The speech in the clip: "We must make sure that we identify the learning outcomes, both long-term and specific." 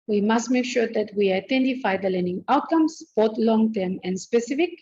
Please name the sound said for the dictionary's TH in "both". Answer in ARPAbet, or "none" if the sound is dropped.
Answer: T